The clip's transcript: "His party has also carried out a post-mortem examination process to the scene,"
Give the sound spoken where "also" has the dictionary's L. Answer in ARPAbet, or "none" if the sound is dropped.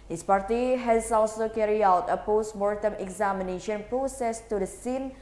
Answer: W